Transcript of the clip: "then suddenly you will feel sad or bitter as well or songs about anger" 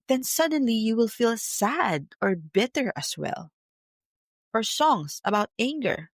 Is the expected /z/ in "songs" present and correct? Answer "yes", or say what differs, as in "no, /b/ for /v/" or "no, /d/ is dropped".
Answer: no, /s/ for /z/